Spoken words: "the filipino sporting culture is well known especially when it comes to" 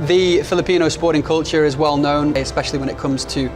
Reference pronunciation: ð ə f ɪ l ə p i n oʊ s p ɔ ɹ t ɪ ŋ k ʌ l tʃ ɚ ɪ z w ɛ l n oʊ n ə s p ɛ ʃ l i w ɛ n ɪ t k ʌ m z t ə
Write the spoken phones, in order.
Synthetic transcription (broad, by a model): ð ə f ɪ l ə p i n oʊ s p ɔ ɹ t ɪ ŋ k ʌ l tʃ ɚ ɪ z w ɛ l n oʊ n ə s p ɛ ʃ l i w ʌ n ɪ t k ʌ m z t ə